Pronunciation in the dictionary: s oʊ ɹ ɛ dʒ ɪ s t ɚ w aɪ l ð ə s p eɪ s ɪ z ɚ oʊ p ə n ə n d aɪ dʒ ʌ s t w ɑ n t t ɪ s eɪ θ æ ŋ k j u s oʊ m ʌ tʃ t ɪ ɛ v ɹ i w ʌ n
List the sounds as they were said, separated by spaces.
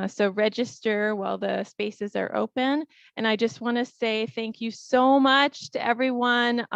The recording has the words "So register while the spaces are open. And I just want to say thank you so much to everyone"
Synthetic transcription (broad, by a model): s oʊ ɹ ɛ dʒ ɪ s t ɚ w aɪ l ð ə s p eɪ s ɪ z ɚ oʊ p ə n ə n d aɪ dʒ ʌ s t w ɑ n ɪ s eɪ θ æ ŋ k j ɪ s oʊ m ʌ tʃ t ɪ ɛ v ɹ i w ʌ n